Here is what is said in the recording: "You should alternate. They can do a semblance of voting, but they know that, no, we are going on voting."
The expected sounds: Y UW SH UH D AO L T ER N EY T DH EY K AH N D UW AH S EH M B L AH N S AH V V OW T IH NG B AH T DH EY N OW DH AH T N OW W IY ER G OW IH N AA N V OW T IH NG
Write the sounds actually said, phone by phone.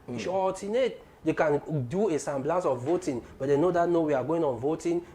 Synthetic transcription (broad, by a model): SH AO T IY N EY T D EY K AH N D UW AH S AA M B L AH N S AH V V OW T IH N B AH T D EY N OW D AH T N OW W IY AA G OW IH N AA N V OW T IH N